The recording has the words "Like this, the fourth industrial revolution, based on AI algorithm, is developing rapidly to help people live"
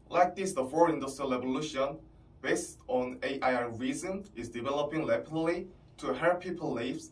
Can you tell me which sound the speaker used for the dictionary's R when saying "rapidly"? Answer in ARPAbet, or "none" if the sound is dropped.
L